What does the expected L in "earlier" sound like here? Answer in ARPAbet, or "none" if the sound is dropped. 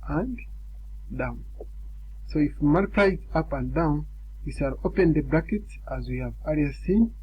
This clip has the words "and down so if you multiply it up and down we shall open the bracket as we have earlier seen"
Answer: none